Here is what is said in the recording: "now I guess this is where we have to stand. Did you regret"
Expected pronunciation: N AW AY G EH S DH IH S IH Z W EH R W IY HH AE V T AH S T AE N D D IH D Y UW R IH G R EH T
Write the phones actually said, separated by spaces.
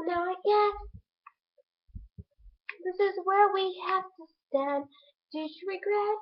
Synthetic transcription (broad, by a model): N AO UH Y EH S DH IH S IH Z W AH R W IY HH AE F T AH S T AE N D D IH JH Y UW R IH G R EH T